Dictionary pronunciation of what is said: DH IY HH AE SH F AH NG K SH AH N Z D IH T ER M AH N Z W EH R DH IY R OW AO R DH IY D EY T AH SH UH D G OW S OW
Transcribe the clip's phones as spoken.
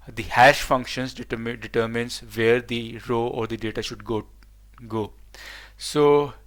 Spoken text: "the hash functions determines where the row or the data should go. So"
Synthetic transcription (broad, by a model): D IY HH AE SH F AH NG K SH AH N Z D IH T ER M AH N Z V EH R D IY R OW AO R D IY D EY T AH SH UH D G OW S OW